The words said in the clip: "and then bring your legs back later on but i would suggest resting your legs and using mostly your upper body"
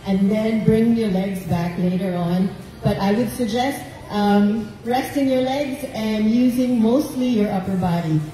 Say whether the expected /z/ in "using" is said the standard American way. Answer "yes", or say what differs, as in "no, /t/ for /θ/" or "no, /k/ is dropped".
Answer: yes